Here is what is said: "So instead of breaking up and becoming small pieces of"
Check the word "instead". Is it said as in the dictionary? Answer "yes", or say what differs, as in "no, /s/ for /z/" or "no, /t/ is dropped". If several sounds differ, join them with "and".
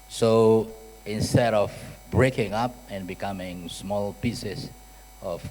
yes